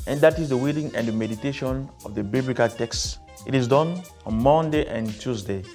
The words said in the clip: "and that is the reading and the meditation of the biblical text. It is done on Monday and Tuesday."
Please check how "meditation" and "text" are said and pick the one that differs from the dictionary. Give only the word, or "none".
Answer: none